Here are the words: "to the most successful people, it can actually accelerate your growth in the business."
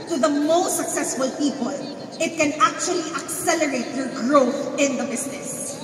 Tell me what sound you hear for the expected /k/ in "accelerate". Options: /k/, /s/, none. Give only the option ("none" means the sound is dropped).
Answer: /k/